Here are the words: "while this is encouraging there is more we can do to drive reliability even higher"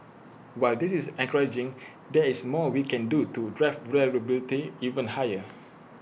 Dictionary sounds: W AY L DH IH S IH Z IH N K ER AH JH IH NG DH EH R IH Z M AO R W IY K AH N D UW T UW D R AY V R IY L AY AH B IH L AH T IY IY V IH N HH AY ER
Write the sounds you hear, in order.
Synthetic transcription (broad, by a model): W AY L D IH S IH S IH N K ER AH JH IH NG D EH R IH S M AO W IY K AH N D UW T UW D R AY F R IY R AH B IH L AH T IY IY V IH N HH AY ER